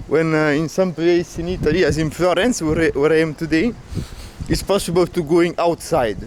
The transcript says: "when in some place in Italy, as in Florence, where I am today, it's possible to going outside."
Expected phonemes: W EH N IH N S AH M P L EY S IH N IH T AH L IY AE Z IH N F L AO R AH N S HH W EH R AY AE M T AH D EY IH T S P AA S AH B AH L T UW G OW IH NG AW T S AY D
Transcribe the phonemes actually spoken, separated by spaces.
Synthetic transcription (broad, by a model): W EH N IH N S AH M P L EY S IH N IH T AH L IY AE Z IH N F L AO R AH N S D W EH R AY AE M T AH D EY IH T S P AA S AH B AH L T UW G OW IH NG AW T S AY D